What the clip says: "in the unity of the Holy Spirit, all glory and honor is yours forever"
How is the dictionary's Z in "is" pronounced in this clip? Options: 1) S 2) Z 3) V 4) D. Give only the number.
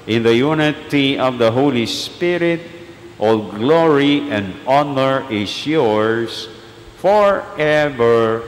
1